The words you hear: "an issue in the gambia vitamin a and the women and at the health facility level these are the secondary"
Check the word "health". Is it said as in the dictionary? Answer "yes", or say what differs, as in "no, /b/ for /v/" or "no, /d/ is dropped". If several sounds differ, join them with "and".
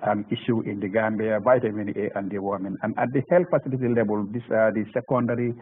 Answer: no, /t/ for /θ/